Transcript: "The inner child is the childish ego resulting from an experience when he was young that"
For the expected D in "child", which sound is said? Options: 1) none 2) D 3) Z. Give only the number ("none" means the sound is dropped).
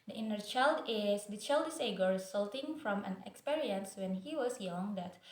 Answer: 2